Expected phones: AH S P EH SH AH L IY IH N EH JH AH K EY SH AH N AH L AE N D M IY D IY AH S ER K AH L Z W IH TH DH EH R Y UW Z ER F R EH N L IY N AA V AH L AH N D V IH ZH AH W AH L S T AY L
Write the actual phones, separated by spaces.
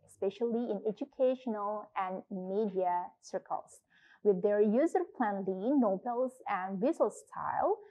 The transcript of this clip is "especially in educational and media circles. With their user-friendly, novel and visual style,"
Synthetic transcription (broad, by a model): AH S P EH SH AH L IY IH N EH JH AH K EY SH AH N AH L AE N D M IY D IY AH S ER K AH L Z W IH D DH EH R Y UW Z ER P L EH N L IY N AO B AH L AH N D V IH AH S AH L S T AY L